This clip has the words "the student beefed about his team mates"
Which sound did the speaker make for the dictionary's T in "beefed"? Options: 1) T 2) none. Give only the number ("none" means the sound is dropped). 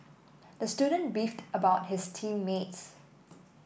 1